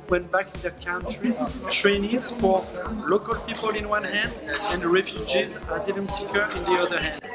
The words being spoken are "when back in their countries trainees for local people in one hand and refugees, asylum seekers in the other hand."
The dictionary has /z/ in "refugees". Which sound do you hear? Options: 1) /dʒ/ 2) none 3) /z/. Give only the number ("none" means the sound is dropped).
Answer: 3